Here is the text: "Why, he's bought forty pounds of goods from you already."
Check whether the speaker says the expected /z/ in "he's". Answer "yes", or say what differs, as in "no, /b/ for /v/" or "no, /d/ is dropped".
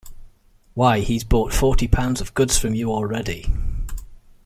yes